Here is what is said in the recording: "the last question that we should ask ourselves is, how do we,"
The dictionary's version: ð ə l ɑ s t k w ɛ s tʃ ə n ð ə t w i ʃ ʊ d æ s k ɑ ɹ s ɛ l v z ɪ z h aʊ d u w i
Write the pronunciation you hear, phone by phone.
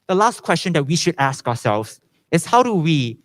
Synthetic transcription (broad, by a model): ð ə l ɑ s t k w ɛ s tʃ ə n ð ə t w i ʃ ʊ d æ s k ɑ s ɛ l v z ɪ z h aʊ d u w i